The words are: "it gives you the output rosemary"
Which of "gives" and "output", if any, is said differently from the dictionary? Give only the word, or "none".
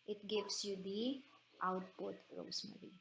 gives